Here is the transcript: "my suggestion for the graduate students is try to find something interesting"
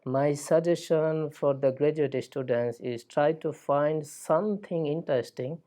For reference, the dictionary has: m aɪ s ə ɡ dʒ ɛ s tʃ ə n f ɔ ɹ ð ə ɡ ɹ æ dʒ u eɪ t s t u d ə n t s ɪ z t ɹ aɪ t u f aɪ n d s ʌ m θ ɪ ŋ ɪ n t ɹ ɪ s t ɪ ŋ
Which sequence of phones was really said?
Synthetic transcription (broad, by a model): m aɪ s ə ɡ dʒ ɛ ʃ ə n f ɔ ɹ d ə ɡ ɹ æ dʒ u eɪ t s t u d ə n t s ɪ z t ɹ aɪ t u f aɪ n d s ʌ m t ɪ ŋ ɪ n t ɹ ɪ s t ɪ ŋ